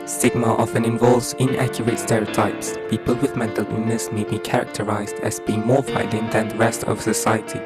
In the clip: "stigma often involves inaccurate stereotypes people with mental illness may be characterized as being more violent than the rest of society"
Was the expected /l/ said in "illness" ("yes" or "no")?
no